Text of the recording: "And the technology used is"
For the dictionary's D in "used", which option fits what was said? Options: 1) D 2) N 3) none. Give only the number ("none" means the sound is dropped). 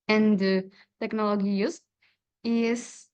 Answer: 3